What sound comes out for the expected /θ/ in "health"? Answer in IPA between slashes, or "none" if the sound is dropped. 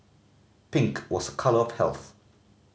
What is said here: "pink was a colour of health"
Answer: /θ/